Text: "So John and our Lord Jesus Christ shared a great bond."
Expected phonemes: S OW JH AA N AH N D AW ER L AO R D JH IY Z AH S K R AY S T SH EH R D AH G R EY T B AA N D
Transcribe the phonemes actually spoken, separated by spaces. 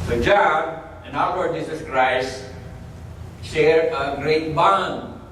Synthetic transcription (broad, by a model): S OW JH AA N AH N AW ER L AO R D JH IY Z AH S K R AY S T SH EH R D AH G R EY T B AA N